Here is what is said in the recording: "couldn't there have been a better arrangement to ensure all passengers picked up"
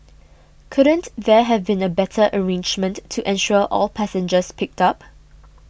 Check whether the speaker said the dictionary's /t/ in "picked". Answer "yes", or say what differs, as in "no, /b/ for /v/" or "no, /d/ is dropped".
yes